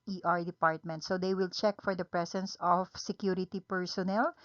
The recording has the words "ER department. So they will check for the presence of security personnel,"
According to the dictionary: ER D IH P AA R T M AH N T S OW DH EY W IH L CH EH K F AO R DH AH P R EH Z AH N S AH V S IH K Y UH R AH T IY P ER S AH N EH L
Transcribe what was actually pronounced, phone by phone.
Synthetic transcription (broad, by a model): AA D IH P AA R T M AH N T S OW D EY W IH L CH EH K F AO R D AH P R EH S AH N S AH F S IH K Y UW R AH T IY P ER S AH N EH L